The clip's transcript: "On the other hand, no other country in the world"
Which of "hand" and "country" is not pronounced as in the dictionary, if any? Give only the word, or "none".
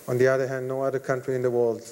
none